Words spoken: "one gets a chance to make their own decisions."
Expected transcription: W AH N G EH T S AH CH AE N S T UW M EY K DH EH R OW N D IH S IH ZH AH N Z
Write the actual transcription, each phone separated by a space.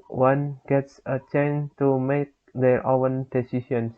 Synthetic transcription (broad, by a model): W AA N G EH T S AH CH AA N T UW M EY K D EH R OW N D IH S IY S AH N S